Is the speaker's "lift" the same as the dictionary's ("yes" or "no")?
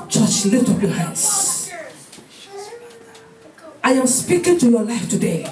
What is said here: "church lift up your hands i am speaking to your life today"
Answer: no